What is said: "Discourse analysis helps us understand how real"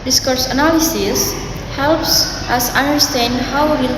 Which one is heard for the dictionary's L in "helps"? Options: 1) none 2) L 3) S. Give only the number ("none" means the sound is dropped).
2